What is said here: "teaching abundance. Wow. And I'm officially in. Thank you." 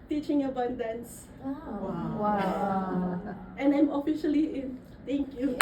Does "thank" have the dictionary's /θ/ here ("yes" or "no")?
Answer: no